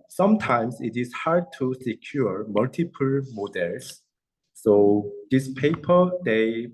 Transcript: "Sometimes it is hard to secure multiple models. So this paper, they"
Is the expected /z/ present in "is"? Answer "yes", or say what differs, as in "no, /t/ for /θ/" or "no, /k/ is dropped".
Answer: no, /s/ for /z/